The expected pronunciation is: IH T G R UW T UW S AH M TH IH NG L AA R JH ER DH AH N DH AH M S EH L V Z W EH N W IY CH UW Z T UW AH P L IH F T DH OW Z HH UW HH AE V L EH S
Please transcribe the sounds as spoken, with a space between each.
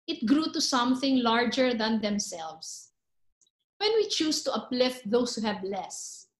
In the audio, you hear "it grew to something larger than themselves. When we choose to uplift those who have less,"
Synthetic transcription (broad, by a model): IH T G R UW T UW S AH M TH IH NG L AA R JH ER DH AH N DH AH M S EH L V S W EH N W IY CH UW S T UW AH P L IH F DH OW S HH UW HH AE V L EH S